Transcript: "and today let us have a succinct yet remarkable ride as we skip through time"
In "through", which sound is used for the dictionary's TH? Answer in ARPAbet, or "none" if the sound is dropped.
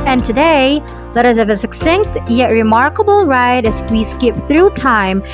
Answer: TH